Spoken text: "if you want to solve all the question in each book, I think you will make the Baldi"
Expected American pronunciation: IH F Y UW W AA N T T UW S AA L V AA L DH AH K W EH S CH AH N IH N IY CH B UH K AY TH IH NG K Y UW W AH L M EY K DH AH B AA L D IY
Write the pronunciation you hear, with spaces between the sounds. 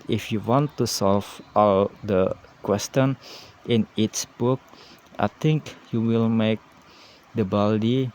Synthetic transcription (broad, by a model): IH F Y UW W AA N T T UW S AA L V AA L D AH K W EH S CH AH N IH N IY S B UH K AY T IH NG K Y UW W AH L M EY K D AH B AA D IY